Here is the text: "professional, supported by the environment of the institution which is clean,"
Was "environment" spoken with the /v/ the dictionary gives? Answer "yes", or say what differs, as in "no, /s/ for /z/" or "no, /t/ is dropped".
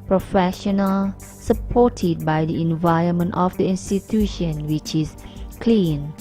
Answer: yes